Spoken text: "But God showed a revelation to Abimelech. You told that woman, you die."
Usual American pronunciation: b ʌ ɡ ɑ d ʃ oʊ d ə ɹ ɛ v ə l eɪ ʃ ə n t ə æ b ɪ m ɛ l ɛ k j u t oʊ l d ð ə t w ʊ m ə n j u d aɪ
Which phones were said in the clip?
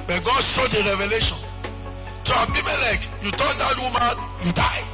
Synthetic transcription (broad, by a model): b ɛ ɡ ɑ d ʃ oʊ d ə ɹ ɛ v ə l eɪ ʃ ə n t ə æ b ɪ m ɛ l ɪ k j u t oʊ n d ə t w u m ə n j u d aɪ